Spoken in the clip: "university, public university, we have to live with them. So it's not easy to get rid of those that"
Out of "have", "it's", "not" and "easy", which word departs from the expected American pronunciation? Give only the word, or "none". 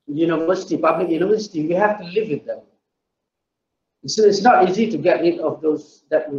have